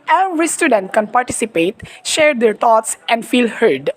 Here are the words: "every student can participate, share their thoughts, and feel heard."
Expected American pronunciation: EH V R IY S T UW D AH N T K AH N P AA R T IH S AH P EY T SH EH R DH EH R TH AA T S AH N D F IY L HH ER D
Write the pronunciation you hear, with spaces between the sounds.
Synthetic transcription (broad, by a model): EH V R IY S T UW D AH N T K AH N P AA R T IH S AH P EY T SH EH R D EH R T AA T S AH N D F IY L HH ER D